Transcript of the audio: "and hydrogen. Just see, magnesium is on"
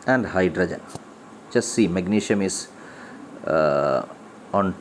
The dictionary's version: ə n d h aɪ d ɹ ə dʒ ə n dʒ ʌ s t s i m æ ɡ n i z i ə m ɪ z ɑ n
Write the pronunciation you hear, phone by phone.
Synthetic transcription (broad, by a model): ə n d h aɪ d ɹ ə dʒ ə n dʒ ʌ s s i m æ ɡ n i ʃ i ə m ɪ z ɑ n